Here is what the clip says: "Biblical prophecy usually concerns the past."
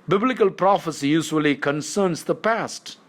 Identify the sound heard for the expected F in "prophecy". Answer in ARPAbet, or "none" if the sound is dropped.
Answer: F